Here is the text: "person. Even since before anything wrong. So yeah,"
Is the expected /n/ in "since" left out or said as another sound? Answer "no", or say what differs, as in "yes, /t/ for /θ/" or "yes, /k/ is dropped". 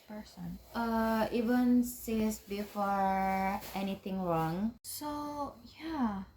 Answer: yes, /n/ is dropped